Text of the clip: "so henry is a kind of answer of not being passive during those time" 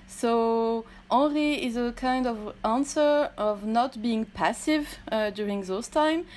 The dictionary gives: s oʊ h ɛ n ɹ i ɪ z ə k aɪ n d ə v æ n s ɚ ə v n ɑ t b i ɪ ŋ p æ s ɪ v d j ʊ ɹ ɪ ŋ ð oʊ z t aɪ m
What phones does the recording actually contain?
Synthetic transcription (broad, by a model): s oʊ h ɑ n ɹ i ɪ z ə k aɪ n d ə v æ n s ɚ ə v n ɑ t b i ɪ ŋ p æ s ɪ v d j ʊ ɹ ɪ ŋ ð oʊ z t aɪ m